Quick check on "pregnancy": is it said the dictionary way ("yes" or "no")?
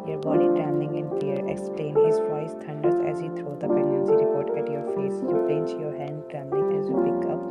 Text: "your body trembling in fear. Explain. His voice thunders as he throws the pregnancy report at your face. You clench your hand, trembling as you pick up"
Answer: no